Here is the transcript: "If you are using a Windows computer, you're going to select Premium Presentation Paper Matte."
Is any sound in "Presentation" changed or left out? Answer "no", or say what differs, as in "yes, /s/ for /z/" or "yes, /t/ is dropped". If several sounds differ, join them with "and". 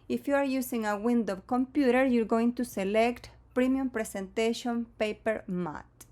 yes, /s/ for /z/